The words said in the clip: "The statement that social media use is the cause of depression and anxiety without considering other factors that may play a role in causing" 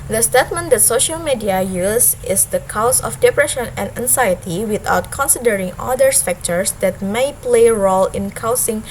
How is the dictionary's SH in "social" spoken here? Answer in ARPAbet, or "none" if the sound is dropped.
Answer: SH